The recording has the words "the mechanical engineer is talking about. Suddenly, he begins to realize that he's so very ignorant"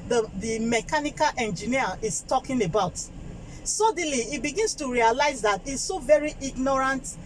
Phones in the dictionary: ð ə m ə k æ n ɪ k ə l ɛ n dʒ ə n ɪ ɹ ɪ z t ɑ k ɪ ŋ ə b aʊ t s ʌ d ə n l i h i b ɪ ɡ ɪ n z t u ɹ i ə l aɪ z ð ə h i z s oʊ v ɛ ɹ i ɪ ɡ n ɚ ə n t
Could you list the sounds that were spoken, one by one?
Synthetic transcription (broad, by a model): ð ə m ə k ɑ n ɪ k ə l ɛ n dʒ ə n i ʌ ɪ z t ɑ k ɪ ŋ ə b aʊ t s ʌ d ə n l i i b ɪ ɡ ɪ n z t u ɹ i ə l aɪ z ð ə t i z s oʊ v ɛ ɹ i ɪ ɡ n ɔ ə n t